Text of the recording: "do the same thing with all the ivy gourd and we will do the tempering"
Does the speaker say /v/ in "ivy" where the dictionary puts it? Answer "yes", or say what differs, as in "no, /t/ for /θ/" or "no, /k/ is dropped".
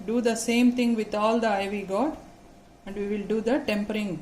yes